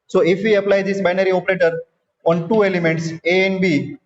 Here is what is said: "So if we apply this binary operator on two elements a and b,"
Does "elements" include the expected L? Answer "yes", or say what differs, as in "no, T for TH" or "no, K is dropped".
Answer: yes